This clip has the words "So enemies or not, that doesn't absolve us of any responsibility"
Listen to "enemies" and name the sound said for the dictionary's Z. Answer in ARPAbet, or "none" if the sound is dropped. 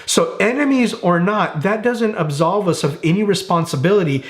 Z